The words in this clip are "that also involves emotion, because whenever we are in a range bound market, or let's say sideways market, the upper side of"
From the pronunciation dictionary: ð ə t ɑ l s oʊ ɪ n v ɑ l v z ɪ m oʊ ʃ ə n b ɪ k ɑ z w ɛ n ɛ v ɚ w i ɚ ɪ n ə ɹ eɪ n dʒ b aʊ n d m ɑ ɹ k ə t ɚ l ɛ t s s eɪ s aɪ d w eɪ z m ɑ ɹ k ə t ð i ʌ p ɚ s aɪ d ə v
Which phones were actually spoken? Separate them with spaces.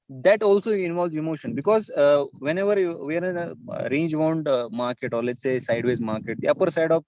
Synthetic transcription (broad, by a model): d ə t ɑ l s oʊ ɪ n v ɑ l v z ɪ m oʊ ʃ ə n b ɪ k ɑ z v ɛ n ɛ v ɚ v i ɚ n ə ɹ eɪ n dʒ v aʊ n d m ɑ ɹ k ə t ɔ l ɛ t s s eɪ s aɪ d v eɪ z m ɑ ɹ k ə t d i ʌ p ɚ s aɪ d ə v